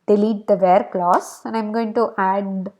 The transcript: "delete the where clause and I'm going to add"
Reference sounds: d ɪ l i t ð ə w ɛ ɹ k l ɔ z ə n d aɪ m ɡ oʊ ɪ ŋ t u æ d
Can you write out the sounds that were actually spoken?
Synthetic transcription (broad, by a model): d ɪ l i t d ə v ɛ ɹ k l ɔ s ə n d aɪ m ɡ oʊ ɪ ŋ t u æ d